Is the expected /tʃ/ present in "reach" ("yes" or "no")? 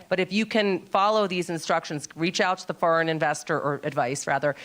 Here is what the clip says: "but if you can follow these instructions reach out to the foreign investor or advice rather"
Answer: yes